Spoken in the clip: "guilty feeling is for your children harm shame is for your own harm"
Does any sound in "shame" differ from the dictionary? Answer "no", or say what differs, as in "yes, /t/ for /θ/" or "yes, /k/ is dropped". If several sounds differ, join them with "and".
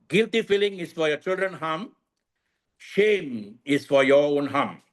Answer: no